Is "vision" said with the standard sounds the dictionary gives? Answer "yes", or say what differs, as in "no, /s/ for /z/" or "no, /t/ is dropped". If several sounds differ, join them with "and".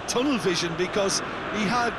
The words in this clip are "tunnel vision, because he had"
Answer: yes